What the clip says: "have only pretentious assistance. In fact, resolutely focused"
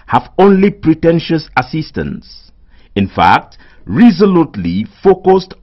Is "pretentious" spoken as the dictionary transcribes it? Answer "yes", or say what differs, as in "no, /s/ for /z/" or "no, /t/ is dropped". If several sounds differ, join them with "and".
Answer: yes